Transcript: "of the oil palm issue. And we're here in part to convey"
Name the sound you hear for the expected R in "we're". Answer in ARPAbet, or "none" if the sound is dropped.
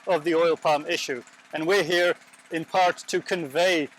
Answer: R